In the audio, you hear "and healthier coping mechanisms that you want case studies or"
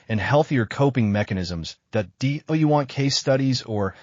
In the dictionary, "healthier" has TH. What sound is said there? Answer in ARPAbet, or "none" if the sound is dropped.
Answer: TH